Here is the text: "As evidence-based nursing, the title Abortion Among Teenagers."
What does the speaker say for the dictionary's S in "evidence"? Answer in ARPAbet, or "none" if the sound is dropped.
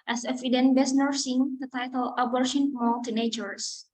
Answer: none